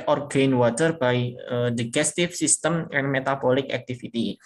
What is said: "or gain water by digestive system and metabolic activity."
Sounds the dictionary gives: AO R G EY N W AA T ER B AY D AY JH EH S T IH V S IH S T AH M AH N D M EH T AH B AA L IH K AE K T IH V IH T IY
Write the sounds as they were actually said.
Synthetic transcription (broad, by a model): AO R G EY N W AA T ER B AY D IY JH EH S T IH F S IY S T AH M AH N M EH T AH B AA L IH K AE K T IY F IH T IY